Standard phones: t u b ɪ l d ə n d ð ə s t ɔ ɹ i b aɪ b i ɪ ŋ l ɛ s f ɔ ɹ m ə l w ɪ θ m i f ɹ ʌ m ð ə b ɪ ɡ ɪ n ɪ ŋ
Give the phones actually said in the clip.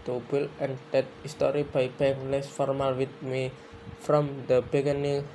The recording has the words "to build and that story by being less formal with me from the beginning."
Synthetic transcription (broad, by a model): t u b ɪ l ə n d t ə s t ɔ ɹ i b aɪ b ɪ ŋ l ɛ s f ɔ ɹ m ə l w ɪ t m i f ɹ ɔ m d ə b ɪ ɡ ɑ n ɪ